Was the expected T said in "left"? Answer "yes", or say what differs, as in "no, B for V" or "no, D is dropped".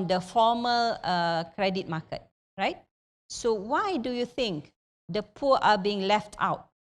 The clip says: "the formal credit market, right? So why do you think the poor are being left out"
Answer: yes